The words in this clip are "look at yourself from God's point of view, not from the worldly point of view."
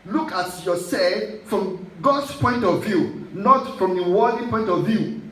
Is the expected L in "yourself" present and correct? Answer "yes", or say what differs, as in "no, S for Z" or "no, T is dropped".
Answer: no, L is dropped